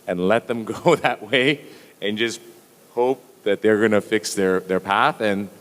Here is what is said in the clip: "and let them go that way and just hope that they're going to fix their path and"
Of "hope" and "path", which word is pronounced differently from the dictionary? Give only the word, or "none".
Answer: none